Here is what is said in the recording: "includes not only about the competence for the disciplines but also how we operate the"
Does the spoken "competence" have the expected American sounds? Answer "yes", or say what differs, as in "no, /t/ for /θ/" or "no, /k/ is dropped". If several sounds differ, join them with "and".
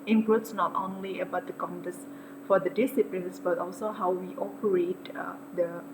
no, /n/ is dropped